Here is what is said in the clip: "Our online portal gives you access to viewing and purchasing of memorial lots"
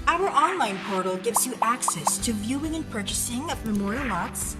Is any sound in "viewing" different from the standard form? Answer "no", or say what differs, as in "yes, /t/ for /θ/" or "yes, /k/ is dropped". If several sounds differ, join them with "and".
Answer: no